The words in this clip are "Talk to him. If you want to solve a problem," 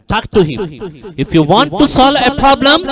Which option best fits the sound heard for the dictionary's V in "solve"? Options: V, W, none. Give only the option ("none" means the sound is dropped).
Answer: none